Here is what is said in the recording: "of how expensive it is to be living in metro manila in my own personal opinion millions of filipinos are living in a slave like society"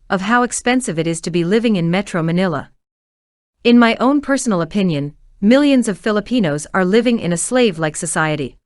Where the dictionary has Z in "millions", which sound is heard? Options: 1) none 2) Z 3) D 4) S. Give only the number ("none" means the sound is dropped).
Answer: 2